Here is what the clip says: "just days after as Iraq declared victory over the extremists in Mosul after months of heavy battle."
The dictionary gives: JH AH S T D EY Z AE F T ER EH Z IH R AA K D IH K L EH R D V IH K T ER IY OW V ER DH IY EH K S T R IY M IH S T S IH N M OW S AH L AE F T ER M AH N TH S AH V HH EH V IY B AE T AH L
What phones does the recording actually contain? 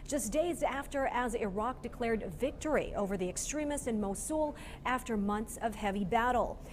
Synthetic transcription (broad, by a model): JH AH S D EY Z AE F T ER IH Z IH R AA K D IH K L EH R D V IH K T ER IY OW V ER DH IY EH K S T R IY M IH S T IH N M OW S AH L AE F T ER M AH N TH S AH V HH EH V IY B AE T L